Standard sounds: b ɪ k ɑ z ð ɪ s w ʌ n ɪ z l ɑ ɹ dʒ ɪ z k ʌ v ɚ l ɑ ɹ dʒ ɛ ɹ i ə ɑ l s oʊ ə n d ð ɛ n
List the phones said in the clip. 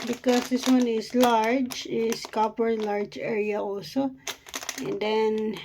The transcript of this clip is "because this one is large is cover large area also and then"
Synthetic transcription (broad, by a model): b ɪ k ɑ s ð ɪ s w ʌ n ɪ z l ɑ ɹ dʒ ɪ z k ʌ p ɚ l ɑ ɹ dʒ ɛ ɹ i ə ɑ l s oʊ ə n d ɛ n